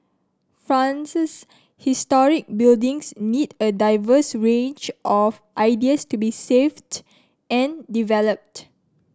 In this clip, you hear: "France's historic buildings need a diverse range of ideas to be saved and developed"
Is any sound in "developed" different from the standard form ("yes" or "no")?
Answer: no